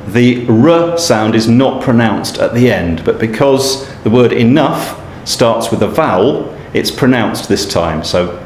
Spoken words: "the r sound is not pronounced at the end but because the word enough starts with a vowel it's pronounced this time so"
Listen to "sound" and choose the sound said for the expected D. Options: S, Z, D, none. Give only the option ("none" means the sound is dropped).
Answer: D